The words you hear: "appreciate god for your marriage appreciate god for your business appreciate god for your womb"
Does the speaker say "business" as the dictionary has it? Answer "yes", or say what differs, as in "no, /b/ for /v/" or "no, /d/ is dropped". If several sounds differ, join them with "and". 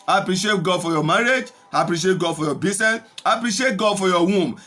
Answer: no, /s/ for /z/